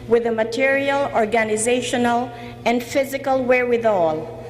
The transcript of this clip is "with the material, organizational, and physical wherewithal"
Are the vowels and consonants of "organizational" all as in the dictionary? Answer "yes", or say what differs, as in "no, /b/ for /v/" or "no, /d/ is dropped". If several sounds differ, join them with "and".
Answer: yes